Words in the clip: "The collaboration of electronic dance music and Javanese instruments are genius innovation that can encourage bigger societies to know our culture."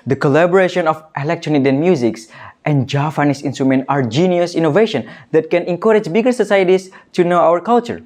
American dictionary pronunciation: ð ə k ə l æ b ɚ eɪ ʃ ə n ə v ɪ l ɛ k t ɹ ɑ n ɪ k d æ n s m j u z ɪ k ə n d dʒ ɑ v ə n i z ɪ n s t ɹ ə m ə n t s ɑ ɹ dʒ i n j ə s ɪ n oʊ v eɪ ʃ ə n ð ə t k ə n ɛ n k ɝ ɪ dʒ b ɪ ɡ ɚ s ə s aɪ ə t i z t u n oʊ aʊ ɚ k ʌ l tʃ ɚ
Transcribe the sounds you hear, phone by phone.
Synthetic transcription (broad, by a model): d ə k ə l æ b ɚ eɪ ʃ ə n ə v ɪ l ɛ k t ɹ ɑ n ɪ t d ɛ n m j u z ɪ k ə n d dʒ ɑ p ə n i s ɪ n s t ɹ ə m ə n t ɑ ɹ dʒ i n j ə s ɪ n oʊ v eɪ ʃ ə n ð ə t k ə n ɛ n k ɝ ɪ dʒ b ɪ ɡ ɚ s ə s aɪ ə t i s t u n oʊ aʊ ɚ k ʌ l tʃ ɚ